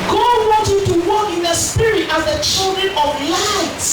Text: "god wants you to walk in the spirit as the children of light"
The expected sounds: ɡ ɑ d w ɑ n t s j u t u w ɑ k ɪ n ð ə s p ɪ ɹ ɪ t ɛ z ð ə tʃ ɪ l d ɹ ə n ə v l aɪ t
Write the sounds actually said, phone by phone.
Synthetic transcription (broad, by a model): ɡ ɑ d w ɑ n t j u t u w ɑ k ɪ n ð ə s p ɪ ɹ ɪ t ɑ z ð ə tʃ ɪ l d ɹ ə n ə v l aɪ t